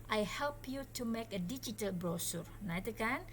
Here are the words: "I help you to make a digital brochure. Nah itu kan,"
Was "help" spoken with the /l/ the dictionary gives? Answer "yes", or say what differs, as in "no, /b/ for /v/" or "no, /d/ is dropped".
yes